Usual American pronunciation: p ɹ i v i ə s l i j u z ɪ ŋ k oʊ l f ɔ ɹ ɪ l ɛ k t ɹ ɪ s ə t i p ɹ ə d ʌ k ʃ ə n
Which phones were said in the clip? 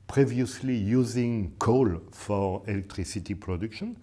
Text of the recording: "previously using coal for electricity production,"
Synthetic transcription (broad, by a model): p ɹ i v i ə s l i j u z ɪ ŋ k oʊ l f ɔ ɹ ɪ l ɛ k t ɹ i s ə t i p ɹ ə d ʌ k ʃ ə n